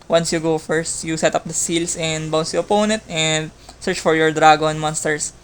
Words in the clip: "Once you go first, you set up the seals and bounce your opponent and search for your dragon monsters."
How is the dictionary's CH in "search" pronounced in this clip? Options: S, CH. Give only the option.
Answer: CH